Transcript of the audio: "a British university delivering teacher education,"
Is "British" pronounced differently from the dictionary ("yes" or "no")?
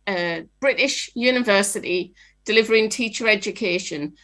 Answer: no